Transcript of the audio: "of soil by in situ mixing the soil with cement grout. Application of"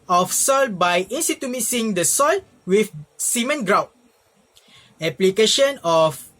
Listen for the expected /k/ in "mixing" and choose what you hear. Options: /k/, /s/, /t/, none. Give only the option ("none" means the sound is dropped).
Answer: none